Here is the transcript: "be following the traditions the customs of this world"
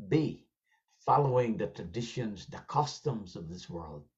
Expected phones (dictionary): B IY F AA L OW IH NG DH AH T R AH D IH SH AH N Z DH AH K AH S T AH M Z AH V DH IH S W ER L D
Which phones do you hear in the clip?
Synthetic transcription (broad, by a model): B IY F AA L OW IH NG DH AH T R AH D IH SH AH N Z DH AH K AH S T AH M Z AH V DH IH S W ER L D